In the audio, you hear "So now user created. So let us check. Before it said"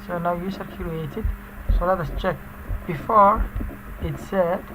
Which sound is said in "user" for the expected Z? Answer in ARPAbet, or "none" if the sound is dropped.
S